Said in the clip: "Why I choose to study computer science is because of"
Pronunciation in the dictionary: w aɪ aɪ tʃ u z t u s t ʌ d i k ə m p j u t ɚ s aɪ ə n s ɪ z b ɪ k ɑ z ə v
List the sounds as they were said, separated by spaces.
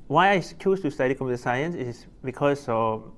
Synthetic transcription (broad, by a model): w aɪ aɪ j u s t u s t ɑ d i k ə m j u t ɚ s aɪ ə n s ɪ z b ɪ k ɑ s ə